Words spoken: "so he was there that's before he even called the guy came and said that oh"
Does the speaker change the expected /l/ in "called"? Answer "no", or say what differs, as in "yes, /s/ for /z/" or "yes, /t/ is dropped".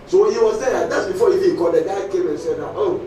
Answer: yes, /l/ is dropped